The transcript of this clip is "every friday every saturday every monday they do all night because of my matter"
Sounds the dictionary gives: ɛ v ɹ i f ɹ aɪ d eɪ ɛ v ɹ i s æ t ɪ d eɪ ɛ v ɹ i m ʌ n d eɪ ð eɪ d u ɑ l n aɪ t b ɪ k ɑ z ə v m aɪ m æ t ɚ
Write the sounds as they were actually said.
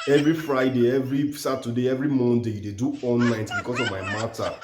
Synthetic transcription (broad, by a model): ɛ v ɹ i f ɹ aɪ d eɪ ɛ v ɹ i s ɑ t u d eɪ ɛ v ɹ i m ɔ n d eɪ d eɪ d u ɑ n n aɪ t b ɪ k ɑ s ə v m aɪ m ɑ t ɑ